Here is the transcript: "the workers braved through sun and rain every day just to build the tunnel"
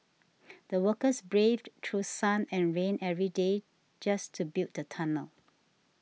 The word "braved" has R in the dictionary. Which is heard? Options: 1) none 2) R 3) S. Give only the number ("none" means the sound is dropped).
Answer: 2